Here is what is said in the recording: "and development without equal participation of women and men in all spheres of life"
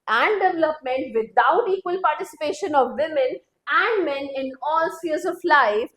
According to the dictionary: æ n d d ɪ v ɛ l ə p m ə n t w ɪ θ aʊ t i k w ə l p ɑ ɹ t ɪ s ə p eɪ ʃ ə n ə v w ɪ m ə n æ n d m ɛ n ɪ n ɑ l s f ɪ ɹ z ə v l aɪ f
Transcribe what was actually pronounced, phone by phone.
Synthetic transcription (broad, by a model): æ n d d ɪ v ɛ l ə p m ə n t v ɪ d aʊ t i k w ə l p ɑ ɹ t ɪ s ə p eɪ ʃ ə n ə v ɪ m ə n æ n d m ɛ n ɪ n ɑ l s ɪ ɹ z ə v l aɪ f